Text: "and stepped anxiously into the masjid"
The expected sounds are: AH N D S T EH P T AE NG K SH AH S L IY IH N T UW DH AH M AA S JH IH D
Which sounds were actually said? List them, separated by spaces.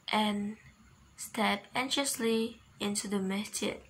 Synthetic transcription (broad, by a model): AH N S T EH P EH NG SH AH S L IY IH N T UW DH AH M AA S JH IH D